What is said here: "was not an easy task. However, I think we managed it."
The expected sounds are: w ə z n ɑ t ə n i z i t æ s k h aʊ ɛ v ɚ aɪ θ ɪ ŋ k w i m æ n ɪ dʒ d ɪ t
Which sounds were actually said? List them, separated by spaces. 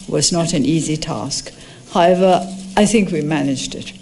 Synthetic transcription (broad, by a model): w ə z n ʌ t ə n i z i t æ s k h aʊ ɛ v ɚ aɪ θ ɪ ŋ k w i m æ n ɪ dʒ d ɪ t